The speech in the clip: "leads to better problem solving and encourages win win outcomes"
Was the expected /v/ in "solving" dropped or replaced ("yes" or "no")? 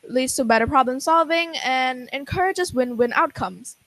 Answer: no